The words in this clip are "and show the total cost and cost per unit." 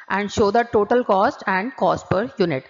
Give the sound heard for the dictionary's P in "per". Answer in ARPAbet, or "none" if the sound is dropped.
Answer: P